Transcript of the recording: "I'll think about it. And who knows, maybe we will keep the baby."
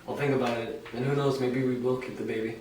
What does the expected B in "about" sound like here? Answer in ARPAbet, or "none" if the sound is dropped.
B